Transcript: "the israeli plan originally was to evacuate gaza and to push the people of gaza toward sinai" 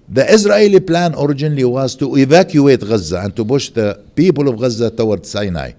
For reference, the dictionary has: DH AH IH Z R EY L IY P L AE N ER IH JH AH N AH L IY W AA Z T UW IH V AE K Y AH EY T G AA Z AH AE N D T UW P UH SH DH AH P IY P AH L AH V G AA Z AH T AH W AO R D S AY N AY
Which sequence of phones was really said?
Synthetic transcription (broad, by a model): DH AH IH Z R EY L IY P L AE N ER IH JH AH N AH L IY W AA Z T UW IH V AE K Y AH EY T G AA Z AH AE N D T UW B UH SH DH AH P IY P AH L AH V G AA Z AH T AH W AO R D S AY N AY